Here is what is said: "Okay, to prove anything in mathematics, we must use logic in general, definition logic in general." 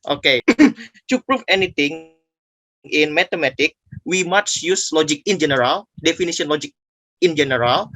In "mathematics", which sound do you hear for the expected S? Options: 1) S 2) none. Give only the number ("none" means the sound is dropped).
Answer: 2